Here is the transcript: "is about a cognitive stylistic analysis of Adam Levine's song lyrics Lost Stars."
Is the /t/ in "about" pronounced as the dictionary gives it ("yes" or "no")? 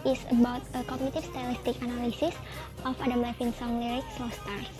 yes